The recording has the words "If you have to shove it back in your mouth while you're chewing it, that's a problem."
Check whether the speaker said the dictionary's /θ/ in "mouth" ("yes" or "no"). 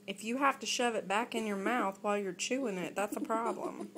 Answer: yes